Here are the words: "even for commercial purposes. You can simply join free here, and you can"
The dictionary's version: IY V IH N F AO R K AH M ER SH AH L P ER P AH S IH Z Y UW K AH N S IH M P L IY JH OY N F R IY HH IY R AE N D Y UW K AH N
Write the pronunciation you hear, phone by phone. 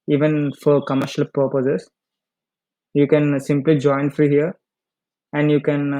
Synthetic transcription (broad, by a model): IY V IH N F AO R K AH M ER SH AH L P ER P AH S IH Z Y UW K AH N S IH M P L IY JH OY N F R IY HH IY R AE N D Y UW K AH N